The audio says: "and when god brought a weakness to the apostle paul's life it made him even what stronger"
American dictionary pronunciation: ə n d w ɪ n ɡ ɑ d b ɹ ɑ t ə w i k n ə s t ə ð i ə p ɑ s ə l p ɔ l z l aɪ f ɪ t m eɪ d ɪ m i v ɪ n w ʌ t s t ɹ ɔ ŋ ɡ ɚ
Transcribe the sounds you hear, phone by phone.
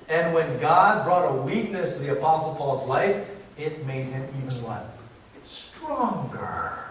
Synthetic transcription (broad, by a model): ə n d w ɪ n ɡ ɑ d b ɹ ɑ t ə w i k n ə s t ə ð i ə p ɑ s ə l p ɔ l z l aɪ f ɪ t m eɪ d ɪ m i v ɪ n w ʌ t s t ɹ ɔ ŋ ɡ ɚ